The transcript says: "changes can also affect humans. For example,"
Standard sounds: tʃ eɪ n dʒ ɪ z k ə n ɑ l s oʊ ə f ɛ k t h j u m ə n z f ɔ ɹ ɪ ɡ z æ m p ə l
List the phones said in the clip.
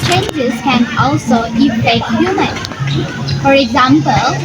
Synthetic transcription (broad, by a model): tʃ eɪ n dʒ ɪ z k ə n ɑ l s oʊ ə f ɛ k t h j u m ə n f ɔ ɹ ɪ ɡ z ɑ m p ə l